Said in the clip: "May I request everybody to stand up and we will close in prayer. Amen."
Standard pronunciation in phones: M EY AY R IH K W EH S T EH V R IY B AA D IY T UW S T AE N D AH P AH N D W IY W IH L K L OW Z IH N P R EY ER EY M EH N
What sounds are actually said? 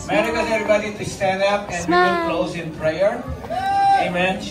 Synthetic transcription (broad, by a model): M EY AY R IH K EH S EH V R IY B AA D IY T UW S T AE N D AH P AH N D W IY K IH N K L OW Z IH N P R EY ER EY M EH N